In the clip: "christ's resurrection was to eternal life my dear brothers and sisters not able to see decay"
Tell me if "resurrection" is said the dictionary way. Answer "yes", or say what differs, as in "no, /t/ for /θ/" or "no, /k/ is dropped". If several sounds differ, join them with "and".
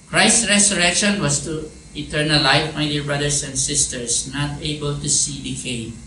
no, /s/ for /z/